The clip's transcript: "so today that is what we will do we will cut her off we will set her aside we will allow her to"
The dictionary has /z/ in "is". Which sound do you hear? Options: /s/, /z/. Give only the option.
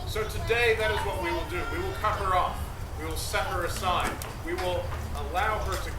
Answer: /z/